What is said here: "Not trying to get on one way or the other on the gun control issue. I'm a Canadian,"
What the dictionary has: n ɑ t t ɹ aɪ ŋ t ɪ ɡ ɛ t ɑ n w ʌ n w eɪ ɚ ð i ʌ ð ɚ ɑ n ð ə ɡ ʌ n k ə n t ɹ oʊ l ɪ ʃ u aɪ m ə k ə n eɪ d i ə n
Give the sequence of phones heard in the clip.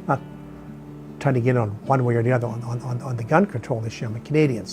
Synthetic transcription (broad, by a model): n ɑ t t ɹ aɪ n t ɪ ɡ ɛ t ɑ n w ʌ n w eɪ ɚ ð i ʌ ð ɚ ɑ n ð ə ɡ ʌ n k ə n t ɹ oʊ l ɪ ʃ u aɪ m ə k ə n eɪ d i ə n